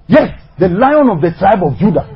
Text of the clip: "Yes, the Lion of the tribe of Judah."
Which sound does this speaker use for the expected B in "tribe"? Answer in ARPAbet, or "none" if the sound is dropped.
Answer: B